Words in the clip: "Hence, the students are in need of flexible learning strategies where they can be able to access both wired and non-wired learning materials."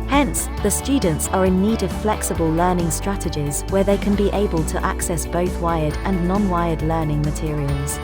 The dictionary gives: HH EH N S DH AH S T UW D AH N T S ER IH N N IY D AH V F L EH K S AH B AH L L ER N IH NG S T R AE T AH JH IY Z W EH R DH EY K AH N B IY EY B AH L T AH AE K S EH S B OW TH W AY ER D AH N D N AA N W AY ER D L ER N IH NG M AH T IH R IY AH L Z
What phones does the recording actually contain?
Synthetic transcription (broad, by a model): HH EH N S DH AH S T UW D N T S ER IH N N IY D AH V F L EH K S AH B AH L L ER N IH NG S T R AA T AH JH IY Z W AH DH EY K AH N B IY EY B AH L T AH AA K S EH S B OW TH W AY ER D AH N N AA N W AY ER D L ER N IH NG M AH T IH R IY AH L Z